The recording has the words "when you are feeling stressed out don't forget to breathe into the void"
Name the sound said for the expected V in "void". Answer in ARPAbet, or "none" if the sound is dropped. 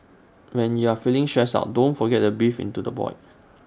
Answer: B